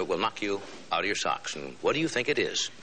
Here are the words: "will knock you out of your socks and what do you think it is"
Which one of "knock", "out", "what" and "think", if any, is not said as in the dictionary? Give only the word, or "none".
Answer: none